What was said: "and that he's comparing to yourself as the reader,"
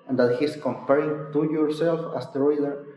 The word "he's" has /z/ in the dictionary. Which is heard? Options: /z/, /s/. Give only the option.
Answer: /s/